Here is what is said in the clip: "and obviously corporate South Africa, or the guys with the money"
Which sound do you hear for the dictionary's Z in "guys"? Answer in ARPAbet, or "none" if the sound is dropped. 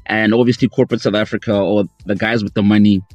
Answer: Z